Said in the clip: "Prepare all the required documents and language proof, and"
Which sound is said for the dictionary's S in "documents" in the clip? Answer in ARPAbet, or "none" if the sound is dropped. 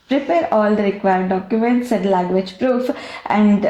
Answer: S